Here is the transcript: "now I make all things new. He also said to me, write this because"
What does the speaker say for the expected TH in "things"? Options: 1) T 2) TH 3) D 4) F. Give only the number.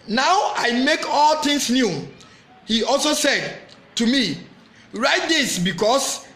1